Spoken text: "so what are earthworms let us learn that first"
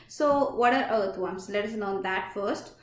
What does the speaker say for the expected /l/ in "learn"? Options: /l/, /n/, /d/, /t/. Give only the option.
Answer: /n/